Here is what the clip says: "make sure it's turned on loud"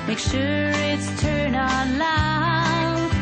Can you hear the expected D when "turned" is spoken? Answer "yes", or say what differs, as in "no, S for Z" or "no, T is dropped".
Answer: no, D is dropped